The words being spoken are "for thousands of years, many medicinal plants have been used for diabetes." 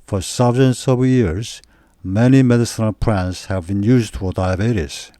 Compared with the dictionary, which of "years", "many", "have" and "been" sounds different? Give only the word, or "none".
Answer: none